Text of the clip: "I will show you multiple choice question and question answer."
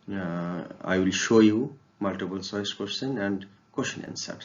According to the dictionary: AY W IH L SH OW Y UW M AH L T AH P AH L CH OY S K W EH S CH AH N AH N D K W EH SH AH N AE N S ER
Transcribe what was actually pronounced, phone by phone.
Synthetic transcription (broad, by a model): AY W IH L SH OW Y UW M AH L T AH P AH L S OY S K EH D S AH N AH N D K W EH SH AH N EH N S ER